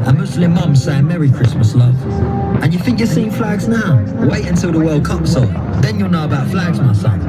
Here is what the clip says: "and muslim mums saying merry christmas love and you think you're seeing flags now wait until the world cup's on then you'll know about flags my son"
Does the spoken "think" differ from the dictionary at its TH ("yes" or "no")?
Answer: no